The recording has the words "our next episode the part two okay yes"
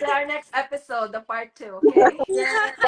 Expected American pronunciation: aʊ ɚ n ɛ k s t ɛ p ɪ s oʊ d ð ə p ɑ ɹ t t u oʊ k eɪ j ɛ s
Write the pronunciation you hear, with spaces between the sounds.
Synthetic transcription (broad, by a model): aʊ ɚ n ɛ k s t ɛ p ɪ s oʊ d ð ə f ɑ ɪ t t u oʊ k eɪ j